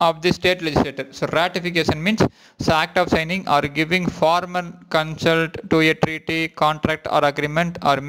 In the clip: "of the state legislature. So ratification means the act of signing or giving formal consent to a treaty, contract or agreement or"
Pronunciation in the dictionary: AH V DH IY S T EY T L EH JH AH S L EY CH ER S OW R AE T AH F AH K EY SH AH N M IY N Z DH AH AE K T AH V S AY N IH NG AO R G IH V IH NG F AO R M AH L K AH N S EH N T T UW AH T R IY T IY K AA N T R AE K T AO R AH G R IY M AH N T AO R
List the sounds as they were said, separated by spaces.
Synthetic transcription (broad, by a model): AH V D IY S T EY T L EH JH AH S L EY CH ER S OW R AE T AH F AH K EY SH AH N M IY N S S AE K T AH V S AY N IH NG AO R G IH V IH NG F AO R M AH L K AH N S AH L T T UW AH T R IY T IY K AA N T R AE K T AO R AH G R IY M AH N T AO R